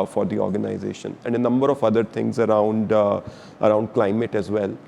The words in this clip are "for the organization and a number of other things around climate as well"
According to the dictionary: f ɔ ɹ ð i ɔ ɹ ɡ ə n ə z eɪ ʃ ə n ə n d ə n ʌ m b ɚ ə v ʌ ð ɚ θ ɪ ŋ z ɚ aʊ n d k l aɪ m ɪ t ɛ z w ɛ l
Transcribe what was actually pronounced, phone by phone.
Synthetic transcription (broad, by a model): f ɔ ɹ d i ɔ ɹ ɡ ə n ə z eɪ ʃ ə n ə n d ə n ʌ m b ɚ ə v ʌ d ɚ t ɪ ŋ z ɚ aʊ n d k l aɪ m ɪ t ɛ z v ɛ l